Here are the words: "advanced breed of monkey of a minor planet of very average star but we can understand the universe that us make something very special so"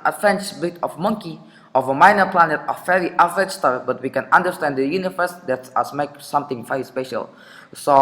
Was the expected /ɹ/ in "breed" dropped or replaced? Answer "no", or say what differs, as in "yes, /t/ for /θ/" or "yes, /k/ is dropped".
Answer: yes, /ɹ/ is dropped